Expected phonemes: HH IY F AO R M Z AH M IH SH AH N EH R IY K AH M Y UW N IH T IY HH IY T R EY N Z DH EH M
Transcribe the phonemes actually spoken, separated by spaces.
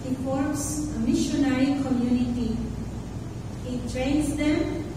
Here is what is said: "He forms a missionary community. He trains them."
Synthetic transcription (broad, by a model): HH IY P AO R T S AH M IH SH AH N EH R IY K AH M Y UW N IH T IY HH IY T R EY N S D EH M